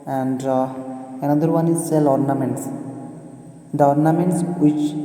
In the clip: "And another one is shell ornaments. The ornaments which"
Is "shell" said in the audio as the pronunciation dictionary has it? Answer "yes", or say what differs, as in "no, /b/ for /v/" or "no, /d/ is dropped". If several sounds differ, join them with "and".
no, /s/ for /ʃ/